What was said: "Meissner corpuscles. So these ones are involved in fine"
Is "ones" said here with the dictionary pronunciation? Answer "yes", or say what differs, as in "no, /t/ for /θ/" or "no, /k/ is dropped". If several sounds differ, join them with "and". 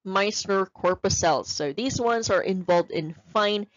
yes